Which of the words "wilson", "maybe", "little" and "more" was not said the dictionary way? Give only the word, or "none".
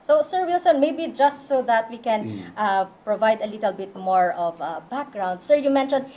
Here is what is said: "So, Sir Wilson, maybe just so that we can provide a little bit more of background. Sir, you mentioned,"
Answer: none